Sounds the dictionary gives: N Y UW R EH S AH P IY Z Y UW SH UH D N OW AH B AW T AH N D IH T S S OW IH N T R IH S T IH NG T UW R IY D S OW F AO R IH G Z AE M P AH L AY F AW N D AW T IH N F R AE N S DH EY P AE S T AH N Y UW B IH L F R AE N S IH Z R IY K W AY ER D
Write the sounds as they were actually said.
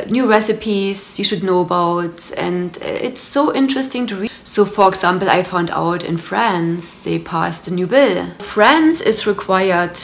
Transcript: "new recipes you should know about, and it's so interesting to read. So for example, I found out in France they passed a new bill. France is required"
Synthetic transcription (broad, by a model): N Y UW R EH S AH P IY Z Y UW SH UH D N OW AH B AW T AH N D IH T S S OW IH N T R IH S T IH NG T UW R IY S OW F AO R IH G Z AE M P L AY F AW N D AW T IH N F R AE N S DH EY P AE S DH AH N Y UW B IH L F R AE N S IH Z R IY K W AY ER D